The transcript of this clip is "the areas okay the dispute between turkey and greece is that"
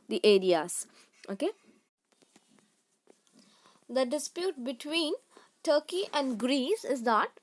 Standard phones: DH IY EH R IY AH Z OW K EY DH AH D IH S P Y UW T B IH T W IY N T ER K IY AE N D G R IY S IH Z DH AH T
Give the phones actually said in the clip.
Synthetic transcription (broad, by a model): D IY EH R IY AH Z OW K EY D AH D IH S P Y UW T B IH T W IY N T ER K IY AE N D G R IY S IH Z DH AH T